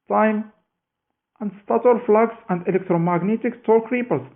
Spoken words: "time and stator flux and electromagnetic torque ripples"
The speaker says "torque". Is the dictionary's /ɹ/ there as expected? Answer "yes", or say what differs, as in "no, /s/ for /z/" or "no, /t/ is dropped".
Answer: no, /l/ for /ɹ/